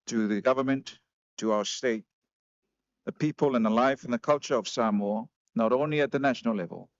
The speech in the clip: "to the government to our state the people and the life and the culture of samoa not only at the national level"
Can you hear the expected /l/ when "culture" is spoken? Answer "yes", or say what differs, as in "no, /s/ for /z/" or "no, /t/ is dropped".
yes